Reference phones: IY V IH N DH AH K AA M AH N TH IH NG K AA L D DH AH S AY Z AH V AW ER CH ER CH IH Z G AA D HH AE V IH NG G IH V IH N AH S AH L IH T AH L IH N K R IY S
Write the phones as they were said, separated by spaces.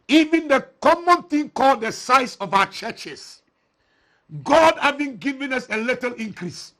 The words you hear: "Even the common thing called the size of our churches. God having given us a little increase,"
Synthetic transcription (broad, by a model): IY V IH N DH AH K AA M AH N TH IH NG K AA L D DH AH S AY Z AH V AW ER CH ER CH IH S G AA D HH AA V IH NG G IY V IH N AH S AH L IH T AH L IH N K R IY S